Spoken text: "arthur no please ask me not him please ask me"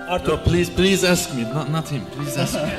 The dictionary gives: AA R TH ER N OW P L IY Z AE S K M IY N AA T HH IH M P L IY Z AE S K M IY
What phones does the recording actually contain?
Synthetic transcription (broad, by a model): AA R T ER L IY P L IY Z AE S K M IY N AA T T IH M P L IY Z AE S K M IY